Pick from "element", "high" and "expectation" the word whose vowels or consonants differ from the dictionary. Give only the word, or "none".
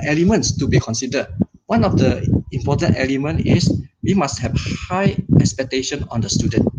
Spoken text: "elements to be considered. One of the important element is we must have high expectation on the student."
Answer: none